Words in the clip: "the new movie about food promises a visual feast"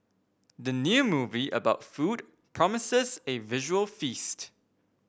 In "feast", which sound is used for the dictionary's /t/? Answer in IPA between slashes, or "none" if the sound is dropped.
/t/